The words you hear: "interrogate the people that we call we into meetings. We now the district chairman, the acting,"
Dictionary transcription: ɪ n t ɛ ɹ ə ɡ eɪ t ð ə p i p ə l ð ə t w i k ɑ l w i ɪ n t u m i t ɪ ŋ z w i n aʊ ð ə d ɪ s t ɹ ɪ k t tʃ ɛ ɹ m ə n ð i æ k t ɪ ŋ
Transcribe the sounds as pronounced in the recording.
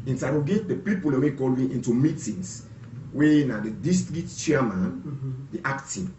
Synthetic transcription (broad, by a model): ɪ n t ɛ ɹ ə ɡ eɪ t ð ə p i p ə l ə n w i k ɑ l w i ɪ n t u m i t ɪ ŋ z w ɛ n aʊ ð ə d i s t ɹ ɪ t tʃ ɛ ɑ m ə n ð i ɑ k t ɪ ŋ